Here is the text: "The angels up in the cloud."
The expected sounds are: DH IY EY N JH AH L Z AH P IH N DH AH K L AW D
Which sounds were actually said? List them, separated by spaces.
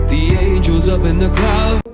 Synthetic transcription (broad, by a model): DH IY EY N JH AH Z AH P IH N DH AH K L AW